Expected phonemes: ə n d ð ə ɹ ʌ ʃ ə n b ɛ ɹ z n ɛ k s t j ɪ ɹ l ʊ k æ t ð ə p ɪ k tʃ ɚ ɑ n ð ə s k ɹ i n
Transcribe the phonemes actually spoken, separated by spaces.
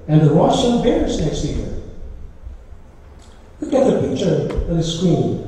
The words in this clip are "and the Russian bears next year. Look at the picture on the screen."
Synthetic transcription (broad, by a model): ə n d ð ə w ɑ s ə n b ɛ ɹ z n ɛ k s t j ɪ ɹ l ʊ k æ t ð ə p ɪ k tʃ ɚ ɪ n ð ə s k ɹ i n